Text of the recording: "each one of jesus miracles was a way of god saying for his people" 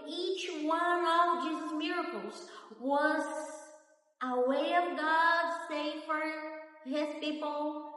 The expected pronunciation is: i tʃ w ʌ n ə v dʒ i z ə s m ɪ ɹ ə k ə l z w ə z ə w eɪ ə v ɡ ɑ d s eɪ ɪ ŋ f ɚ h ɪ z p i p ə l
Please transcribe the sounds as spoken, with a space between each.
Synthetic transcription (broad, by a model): i tʃ w ʌ n ə v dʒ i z m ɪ ɹ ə k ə l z w ə z ə w eɪ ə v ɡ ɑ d s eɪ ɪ f ɚ h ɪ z p i p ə l